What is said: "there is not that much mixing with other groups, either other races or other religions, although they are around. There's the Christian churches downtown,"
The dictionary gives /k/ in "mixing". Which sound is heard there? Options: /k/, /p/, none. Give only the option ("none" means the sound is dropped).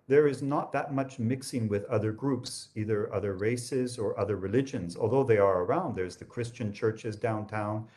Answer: /k/